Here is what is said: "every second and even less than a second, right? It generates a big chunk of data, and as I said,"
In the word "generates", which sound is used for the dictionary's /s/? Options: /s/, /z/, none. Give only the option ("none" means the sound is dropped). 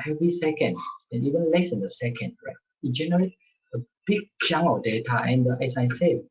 none